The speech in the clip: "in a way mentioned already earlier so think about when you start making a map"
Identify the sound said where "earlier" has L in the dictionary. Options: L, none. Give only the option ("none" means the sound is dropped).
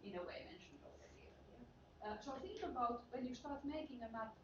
none